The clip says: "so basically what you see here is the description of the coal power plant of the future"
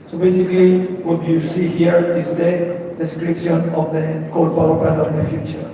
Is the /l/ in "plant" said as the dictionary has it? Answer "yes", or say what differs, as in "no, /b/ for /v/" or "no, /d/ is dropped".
no, /l/ is dropped